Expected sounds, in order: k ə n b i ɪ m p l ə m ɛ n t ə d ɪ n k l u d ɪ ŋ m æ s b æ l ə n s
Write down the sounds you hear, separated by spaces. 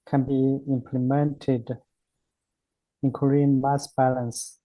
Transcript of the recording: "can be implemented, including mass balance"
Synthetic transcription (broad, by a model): k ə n b i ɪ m p l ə m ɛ n t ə d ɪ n k u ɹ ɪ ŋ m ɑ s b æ l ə n s